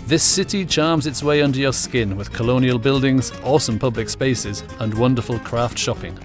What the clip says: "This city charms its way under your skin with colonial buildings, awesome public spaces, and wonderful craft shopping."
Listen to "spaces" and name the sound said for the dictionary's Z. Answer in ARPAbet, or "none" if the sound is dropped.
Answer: Z